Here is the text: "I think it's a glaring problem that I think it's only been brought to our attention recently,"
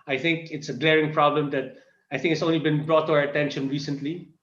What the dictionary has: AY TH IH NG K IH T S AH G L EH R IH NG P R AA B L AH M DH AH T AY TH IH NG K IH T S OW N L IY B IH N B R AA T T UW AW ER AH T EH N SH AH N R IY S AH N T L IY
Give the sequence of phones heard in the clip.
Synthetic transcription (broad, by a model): AY TH IH NG K IH T S AH G L EH R IH NG P R AA B L AH M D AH T AY TH IH NG K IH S OW N L IY B IH N B R AA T T UW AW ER AH T EH N SH AH N R IY S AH N T L IY